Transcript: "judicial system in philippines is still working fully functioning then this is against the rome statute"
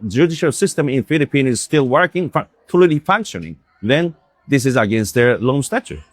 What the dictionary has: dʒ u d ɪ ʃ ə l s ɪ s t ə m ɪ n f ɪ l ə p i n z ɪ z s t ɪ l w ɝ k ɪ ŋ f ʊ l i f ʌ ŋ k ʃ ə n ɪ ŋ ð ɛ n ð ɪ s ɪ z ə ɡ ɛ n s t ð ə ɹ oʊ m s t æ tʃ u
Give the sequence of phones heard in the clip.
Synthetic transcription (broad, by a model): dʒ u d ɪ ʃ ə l s ɪ s t ə m ɪ n f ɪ l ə p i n ɪ z s t ɪ l w ɝ k ɪ ŋ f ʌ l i f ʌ ŋ k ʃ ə n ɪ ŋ ð ɛ n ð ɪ s ɪ z ə ɡ ɛ n s t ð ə ɹ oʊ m s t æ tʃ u